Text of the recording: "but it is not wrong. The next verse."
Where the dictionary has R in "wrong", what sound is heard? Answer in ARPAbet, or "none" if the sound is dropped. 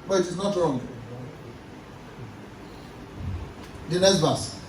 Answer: R